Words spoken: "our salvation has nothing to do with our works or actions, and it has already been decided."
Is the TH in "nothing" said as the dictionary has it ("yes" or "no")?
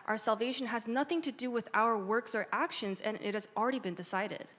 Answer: yes